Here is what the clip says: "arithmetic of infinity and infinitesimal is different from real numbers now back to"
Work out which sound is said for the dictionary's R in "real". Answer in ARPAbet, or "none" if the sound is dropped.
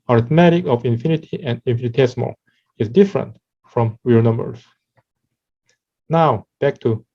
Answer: W